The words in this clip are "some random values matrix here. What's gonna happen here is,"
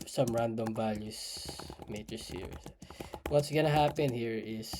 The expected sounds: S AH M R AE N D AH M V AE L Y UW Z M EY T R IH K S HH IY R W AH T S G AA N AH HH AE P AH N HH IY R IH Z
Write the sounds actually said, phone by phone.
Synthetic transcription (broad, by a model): S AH M R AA N D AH M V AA L Y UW S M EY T IH S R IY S W AH T S G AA N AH HH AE P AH N HH IY R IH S